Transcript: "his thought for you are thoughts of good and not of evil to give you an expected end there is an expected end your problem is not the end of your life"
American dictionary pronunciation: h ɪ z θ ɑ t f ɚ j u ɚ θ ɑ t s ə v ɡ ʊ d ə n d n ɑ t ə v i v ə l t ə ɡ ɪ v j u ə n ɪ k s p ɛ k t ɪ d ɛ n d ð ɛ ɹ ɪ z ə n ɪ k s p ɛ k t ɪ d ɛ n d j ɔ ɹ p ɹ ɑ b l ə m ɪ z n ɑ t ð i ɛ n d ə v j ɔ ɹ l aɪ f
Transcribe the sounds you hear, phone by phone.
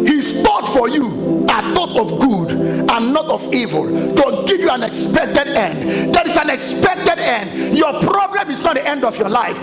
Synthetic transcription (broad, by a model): h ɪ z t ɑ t f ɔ j u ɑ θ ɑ t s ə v ɡ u d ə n n ɑ t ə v i v ə l t ə ɡ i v j u ə n ɪ k s p ɛ k t ɪ d ɛ n d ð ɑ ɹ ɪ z ə n ɪ k s p ɛ k t ɪ d ɛ n d j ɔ p ɹ ɑ b l ə m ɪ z n ɑ t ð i ɛ n d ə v j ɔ l aɪ f